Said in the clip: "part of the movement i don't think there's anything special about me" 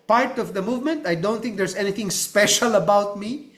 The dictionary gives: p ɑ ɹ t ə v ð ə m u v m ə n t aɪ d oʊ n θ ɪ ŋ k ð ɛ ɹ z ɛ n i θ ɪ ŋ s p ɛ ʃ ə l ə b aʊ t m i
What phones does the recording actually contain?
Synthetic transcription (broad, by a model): p ɑ ɹ t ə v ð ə m u v m ə n t aɪ d oʊ n t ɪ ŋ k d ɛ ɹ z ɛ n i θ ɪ ŋ s p ɛ ʃ ə l ə b aʊ t m i